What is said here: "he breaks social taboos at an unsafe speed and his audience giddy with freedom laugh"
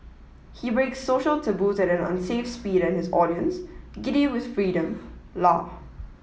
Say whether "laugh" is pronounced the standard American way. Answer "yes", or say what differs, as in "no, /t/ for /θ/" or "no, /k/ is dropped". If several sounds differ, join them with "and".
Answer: no, /f/ is dropped